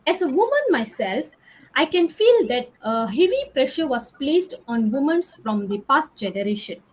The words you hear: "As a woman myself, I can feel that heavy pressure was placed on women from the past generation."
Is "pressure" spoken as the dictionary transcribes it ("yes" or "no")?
yes